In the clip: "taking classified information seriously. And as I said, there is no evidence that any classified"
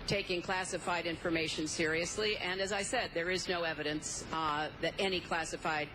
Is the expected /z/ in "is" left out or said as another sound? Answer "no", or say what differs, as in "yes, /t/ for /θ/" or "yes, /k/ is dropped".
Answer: no